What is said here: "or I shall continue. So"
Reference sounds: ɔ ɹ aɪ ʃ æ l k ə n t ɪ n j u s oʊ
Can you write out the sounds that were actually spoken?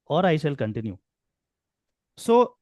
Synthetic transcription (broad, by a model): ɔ ɹ aɪ s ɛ l k ə n t ɪ n j u s oʊ